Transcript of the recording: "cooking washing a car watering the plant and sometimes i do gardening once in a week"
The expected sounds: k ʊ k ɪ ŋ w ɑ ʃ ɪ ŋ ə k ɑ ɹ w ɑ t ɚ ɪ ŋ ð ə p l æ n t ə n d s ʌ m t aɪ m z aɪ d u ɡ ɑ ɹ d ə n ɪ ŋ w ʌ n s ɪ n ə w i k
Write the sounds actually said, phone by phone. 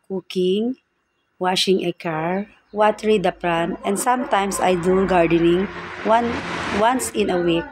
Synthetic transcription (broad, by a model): k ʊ k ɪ ŋ w ɑ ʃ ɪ ŋ ə k ɑ ɹ w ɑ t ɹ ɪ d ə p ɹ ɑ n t ə n d s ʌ m t aɪ m s aɪ d u ɡ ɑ ɹ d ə n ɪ ŋ w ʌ n s ɪ n ə w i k